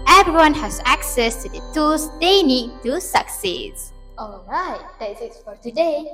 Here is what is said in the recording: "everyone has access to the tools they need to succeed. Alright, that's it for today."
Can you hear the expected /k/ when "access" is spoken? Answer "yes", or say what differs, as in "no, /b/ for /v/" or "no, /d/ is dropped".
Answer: yes